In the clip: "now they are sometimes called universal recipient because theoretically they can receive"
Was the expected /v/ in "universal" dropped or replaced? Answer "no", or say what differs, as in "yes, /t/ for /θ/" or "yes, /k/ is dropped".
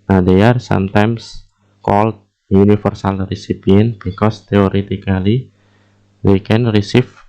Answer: yes, /f/ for /v/